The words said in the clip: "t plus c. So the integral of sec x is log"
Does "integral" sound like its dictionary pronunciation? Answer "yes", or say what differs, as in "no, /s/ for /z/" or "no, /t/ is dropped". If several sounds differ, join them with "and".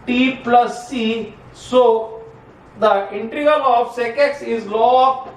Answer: no, /ɹ/ is dropped